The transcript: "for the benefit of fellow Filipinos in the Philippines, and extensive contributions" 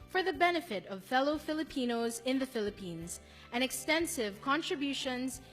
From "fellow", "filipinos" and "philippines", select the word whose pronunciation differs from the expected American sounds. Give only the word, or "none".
none